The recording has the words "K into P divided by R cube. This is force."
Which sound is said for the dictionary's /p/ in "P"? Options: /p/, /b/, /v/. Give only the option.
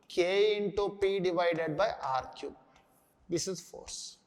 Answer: /p/